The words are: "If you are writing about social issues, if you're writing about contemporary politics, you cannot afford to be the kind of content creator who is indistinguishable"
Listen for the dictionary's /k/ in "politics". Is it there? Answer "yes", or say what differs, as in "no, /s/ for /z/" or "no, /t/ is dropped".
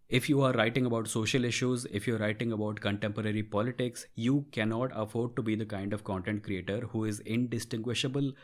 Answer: yes